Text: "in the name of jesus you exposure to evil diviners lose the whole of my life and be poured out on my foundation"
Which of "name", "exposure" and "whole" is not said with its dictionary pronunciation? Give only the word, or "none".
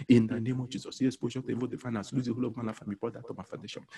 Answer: exposure